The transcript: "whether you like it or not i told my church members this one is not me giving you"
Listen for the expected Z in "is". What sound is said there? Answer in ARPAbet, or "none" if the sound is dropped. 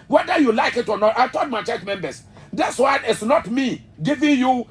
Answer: S